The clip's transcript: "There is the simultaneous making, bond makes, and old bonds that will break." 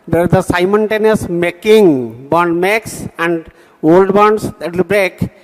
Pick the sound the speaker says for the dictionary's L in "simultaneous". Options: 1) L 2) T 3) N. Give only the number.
3